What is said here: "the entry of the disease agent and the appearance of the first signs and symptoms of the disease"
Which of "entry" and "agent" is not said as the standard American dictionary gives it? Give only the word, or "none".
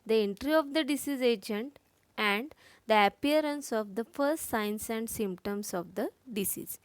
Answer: none